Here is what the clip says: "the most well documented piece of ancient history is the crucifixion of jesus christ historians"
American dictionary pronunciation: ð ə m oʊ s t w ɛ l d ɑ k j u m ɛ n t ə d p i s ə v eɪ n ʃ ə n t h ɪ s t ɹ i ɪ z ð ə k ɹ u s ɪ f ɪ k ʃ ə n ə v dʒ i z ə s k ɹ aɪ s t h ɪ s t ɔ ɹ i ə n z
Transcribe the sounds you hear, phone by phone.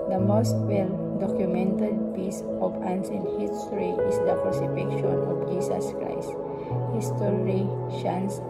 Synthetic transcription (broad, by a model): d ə m oʊ s t w ɛ l d ɑ k j u m ɛ n t ə d p i s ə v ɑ n s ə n h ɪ s t ɹ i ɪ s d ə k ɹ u s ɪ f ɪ k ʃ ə n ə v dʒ i s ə s k ɹ aɪ s t h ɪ s t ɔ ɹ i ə n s